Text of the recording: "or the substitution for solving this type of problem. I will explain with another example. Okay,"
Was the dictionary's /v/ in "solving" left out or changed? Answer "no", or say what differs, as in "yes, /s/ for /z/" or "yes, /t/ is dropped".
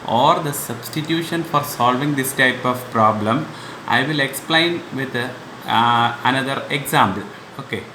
no